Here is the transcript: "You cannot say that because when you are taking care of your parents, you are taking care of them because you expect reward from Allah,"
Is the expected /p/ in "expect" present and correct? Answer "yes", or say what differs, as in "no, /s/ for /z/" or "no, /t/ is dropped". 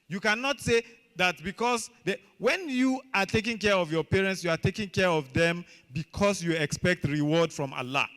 yes